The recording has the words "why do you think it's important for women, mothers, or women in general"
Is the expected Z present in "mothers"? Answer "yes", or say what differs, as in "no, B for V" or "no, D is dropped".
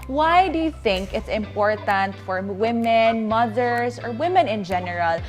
no, S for Z